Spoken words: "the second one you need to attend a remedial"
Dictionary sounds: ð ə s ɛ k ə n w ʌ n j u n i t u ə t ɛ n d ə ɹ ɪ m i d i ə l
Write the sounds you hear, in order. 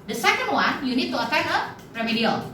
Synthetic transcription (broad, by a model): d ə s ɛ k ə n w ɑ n j u n i t u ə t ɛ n ə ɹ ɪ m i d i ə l